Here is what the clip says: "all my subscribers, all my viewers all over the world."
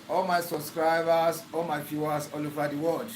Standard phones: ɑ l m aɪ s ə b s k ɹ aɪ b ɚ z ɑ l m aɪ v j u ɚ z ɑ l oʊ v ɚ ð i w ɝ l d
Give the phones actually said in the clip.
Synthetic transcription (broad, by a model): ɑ l m aɪ s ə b s k ɹ aɪ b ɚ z ɑ l m aɪ f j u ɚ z ɑ l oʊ v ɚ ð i w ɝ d